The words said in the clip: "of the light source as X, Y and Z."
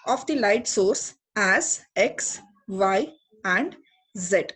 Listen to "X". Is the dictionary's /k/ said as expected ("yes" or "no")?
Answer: yes